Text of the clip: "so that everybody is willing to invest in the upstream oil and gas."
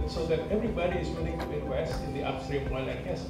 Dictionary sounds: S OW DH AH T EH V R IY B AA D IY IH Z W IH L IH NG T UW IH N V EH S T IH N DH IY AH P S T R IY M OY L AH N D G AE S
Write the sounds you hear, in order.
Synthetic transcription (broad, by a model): S OW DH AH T EH V R IY B AA D IY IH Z W IH L IH NG T UW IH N W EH S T IH N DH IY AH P S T R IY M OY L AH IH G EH S